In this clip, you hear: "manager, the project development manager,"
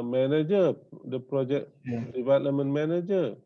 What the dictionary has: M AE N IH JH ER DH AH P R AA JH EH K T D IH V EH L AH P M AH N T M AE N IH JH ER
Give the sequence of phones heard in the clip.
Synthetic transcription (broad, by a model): M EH N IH JH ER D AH P R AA JH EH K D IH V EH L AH M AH N M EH N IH JH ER